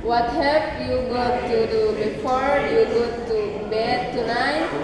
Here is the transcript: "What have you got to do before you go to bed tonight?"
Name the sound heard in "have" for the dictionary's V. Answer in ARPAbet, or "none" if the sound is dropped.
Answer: P